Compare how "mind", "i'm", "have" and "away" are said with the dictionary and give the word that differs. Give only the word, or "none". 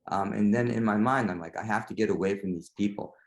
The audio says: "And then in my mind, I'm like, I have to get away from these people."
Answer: have